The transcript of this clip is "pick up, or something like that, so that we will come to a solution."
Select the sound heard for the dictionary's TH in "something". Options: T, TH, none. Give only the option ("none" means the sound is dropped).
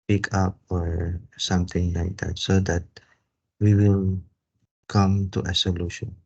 T